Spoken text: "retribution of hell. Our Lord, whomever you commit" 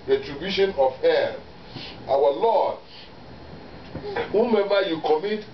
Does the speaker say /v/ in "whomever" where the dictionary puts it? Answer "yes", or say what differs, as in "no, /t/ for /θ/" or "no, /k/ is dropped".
no, /b/ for /v/